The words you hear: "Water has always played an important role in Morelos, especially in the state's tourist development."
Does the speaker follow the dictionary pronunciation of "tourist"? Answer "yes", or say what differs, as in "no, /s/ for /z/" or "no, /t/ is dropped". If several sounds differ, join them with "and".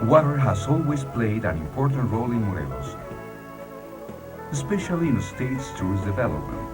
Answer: no, /ɹ/ is dropped